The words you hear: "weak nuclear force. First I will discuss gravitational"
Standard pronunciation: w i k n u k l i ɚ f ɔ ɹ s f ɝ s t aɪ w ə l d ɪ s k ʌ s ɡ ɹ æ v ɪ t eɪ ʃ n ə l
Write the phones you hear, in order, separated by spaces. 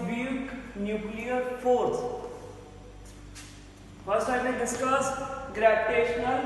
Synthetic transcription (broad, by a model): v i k n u k l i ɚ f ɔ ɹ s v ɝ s aɪ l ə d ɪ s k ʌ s ɡ ɹ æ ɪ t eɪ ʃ n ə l